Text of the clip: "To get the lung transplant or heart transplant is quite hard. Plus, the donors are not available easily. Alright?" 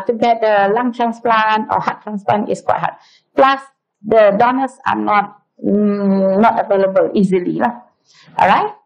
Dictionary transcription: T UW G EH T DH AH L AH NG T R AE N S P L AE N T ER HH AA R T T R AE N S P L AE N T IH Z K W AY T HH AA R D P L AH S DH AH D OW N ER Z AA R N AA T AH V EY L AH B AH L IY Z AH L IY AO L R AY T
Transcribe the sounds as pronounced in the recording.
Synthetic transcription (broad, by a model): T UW G EH T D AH L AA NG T R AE N S P L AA N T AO HH AA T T R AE N S P L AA N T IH S K W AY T HH AA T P L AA S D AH D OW N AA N AA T N AA T AH V EY L AH B AH L IY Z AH L IY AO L R AY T